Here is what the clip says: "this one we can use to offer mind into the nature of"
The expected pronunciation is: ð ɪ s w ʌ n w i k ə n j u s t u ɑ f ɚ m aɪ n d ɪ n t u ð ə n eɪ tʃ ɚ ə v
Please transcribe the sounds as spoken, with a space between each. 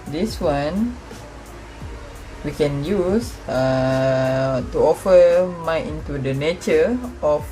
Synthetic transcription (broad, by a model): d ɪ s w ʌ n w i k ə n j u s t u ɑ f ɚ m aɪ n ɪ n t u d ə n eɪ tʃ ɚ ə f